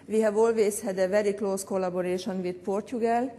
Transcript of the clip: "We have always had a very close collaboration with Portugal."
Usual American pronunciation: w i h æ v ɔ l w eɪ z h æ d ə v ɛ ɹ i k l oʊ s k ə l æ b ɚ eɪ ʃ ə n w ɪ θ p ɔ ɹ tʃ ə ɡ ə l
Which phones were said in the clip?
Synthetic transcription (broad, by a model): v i h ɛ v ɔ l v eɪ s h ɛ d ə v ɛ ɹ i k l oʊ s k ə l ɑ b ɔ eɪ ʃ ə n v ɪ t p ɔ ɹ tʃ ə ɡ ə l